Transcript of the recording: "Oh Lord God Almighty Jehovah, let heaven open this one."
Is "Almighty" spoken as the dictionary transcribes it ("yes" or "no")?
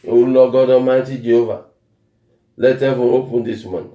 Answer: no